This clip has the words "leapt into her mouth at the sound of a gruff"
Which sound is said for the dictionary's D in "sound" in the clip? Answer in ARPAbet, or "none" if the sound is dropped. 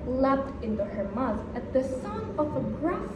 none